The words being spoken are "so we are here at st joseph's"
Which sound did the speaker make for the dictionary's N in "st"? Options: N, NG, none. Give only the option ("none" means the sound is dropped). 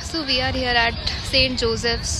N